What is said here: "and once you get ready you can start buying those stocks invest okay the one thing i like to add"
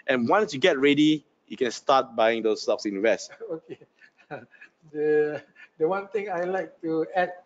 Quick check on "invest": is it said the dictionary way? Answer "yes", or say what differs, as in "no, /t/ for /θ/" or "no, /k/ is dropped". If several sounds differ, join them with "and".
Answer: no, /w/ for /v/